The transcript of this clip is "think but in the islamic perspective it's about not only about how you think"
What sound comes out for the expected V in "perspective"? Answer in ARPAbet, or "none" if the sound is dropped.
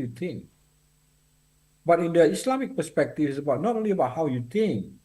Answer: F